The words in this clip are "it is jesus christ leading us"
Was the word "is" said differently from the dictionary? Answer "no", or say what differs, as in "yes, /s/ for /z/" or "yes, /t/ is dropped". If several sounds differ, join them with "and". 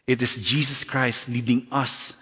yes, /s/ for /z/